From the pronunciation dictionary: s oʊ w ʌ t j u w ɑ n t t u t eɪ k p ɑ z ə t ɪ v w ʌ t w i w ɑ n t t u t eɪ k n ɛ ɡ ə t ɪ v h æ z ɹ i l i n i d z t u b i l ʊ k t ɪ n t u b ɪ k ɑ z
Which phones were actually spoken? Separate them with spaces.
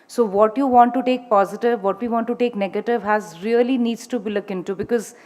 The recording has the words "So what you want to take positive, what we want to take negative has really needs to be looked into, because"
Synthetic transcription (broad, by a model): s oʊ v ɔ t j u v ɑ n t t u t eɪ k p ɑ z ə t ɪ v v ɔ t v i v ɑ n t t u t eɪ k n ɛ ɡ ə t ɪ v h æ z ɹ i l i n i d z t u b i l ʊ k ɪ n t u b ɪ k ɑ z